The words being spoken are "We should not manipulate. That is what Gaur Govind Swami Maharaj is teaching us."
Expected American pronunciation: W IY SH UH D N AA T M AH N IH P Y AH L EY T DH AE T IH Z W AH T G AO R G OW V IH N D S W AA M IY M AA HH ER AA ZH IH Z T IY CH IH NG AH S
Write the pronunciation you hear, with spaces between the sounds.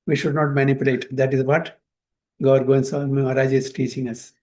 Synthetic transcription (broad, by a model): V IY SH UH D N AA T M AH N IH P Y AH L EY T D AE T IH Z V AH T G AO R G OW IH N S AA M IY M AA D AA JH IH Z T IY CH IH NG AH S